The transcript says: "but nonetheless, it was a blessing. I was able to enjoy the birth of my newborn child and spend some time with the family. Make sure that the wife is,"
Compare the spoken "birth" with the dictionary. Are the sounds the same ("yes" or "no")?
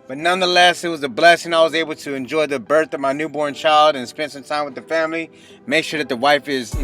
yes